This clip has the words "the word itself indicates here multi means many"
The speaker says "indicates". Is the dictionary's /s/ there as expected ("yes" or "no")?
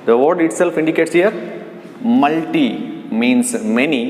yes